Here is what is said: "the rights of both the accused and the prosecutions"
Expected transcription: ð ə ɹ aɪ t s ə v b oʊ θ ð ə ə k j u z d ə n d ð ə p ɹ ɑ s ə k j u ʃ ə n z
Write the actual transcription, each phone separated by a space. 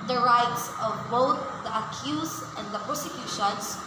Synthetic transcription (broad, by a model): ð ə ɹ aɪ t s ə v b oʊ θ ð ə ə k j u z ə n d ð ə p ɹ s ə k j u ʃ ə n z